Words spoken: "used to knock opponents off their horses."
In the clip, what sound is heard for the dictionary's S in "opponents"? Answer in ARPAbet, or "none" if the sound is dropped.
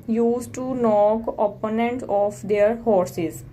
none